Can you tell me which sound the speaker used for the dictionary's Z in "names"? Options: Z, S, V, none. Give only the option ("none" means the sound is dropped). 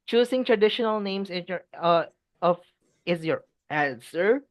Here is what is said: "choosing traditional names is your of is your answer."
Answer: S